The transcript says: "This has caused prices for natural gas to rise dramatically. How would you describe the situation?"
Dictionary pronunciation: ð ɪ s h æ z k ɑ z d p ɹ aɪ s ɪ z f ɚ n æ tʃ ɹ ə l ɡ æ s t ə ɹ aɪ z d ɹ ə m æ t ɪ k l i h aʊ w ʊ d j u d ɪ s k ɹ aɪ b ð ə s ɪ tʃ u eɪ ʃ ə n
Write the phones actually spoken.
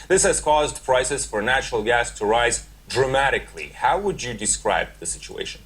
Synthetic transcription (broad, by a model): ð ɪ s h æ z k ɑ z d p ɹ aɪ s ɪ z f ɚ n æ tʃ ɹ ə l ɡ æ s t ə ɹ aɪ z d ɹ ə m æ t ɪ k l i h aʊ w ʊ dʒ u d ɪ s k ɹ aɪ b ð ə s ɪ tʃ u eɪ ʃ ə n